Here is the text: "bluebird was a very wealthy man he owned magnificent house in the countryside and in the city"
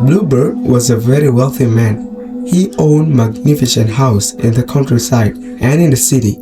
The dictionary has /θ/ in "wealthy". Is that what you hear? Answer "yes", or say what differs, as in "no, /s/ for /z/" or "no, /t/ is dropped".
yes